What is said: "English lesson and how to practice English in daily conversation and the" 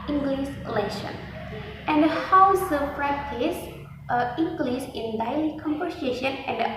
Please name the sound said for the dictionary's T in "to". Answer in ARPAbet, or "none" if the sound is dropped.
S